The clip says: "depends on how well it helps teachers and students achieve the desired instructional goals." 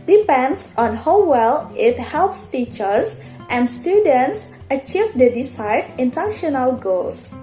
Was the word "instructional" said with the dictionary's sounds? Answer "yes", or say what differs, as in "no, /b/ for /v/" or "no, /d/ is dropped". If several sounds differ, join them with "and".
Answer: no, /s/ is dropped